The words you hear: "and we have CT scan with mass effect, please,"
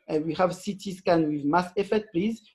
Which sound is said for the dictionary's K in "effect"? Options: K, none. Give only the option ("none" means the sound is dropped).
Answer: none